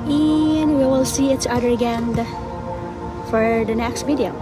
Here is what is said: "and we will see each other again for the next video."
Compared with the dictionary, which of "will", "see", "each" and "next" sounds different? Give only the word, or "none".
each